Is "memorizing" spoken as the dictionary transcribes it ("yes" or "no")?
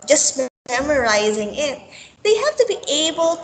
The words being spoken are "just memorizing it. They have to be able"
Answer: yes